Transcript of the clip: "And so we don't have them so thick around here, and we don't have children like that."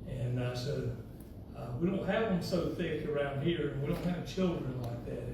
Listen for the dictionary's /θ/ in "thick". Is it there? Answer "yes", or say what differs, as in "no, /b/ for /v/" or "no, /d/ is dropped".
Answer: yes